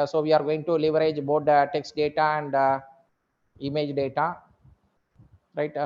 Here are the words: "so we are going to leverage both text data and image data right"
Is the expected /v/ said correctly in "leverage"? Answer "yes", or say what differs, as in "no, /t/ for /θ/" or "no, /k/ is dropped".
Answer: yes